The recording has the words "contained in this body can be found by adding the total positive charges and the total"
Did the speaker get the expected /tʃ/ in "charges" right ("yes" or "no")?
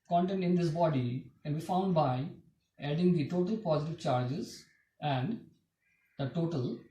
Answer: yes